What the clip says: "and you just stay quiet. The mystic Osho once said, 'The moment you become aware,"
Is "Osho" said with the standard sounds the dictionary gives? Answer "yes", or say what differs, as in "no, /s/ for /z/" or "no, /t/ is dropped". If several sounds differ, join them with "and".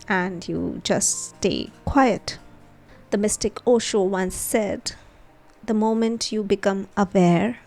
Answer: yes